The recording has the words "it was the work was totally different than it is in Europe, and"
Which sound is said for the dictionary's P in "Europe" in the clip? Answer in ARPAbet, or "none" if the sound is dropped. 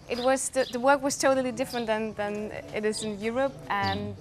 P